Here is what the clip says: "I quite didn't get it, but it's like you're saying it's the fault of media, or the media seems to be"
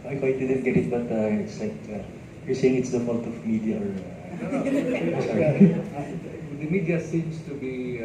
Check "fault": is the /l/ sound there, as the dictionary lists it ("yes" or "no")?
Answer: no